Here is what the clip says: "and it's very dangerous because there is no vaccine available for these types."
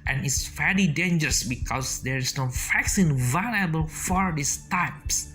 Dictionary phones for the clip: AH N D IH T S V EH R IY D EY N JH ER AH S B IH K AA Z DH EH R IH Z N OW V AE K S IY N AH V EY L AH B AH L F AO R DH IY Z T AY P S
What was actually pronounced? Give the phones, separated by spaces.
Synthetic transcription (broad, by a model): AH N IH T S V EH L IY D EY N JH ER AH S B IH K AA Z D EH R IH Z N OW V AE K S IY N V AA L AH B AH L F AO R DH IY S T AY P S